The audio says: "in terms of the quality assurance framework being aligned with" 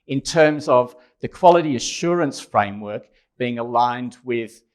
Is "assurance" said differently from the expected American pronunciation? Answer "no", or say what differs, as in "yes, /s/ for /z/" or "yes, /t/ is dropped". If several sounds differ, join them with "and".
no